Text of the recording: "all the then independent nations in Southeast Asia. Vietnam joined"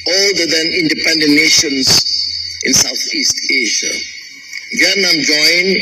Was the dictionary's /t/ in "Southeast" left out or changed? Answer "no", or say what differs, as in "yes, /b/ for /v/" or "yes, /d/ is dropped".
no